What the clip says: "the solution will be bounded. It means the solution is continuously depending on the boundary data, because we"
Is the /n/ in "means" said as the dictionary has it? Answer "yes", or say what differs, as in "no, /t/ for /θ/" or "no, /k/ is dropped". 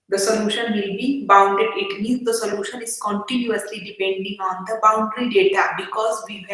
no, /n/ is dropped